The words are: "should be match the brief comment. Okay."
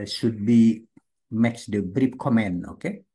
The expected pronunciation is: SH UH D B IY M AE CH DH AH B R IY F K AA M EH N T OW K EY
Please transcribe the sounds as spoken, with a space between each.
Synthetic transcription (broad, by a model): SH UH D B IY M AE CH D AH B R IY P K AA M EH N OW K EY